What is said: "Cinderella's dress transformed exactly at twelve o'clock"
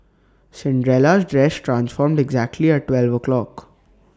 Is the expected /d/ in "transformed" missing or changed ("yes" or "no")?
no